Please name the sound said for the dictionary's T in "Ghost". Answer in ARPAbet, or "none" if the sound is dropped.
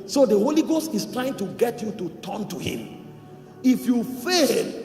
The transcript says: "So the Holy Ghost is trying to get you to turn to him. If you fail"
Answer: T